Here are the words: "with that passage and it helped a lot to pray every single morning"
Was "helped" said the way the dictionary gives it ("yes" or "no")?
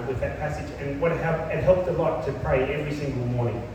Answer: yes